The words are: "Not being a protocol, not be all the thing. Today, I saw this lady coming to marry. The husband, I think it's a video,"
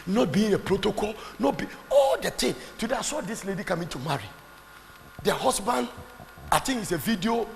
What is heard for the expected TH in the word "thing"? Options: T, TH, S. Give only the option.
T